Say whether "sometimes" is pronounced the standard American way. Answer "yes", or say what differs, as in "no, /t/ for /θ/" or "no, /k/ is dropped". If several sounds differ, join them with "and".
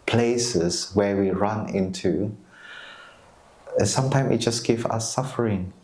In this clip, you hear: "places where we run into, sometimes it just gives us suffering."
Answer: no, /z/ is dropped